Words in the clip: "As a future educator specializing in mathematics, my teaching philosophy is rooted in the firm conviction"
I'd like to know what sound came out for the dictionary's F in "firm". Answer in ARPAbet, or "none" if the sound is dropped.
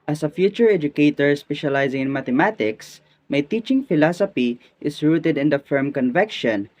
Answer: F